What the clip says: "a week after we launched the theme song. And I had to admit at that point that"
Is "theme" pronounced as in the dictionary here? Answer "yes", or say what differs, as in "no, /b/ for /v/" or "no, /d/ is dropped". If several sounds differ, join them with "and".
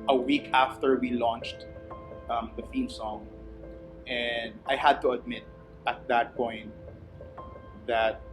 no, /f/ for /θ/